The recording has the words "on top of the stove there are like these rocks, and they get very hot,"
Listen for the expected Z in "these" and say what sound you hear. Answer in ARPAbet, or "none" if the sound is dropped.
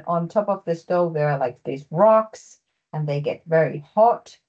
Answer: Z